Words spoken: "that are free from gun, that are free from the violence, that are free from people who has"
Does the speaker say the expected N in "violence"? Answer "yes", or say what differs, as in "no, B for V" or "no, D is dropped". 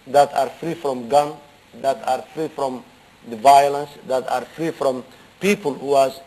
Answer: yes